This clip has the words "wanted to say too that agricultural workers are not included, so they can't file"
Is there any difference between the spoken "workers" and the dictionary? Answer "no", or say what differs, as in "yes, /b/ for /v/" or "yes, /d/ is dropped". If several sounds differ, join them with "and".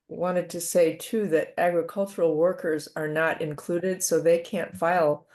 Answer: no